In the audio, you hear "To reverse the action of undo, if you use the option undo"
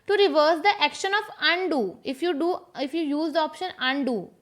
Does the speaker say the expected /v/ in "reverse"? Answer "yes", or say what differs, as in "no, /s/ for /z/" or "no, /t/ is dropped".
yes